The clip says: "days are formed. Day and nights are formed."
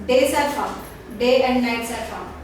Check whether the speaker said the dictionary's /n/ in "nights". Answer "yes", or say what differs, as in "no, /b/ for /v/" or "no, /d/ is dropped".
yes